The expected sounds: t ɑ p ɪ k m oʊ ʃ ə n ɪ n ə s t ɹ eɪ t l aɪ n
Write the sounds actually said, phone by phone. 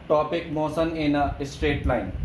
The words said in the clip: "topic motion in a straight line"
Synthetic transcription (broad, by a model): t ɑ p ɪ k m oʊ s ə n ɪ n ə s t ɹ eɪ t l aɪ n